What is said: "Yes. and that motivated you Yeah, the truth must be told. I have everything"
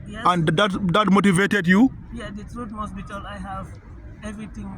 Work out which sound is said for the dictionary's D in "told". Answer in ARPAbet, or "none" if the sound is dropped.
none